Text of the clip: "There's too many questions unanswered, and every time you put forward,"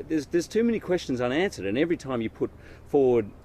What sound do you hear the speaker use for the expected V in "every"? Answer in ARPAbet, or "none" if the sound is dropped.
V